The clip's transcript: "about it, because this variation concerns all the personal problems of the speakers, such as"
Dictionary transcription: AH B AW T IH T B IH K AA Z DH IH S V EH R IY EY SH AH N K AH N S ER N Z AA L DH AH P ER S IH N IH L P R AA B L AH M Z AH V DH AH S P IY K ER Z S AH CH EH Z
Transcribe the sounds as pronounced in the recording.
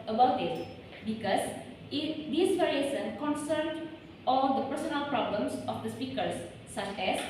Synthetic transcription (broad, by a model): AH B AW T IH T B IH K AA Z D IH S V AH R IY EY S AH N K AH N S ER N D AA L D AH P ER S IH N IH L P R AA B L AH M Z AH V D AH S P IY K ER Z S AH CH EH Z